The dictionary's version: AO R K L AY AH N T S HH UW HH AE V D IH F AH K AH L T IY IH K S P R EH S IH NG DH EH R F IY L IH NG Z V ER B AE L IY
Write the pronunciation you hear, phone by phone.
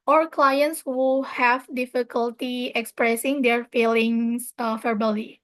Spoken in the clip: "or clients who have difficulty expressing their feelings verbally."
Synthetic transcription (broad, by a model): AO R K L AY AH N T S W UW HH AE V D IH F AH K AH L T IY IH K S P R EH S IH NG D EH R F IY L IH NG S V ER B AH L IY